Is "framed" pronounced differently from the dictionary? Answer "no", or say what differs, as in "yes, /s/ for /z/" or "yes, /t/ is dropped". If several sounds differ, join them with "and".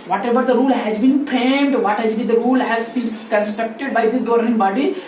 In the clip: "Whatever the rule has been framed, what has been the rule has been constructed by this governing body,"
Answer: yes, /p/ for /f/